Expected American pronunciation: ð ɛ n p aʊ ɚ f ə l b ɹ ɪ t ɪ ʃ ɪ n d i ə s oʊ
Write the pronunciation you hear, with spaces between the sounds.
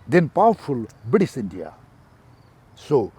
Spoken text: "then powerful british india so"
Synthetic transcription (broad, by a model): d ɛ n p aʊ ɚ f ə l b ɪ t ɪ s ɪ n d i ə s oʊ